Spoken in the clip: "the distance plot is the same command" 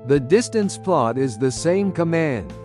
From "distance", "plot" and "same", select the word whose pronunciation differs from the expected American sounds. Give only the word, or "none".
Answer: none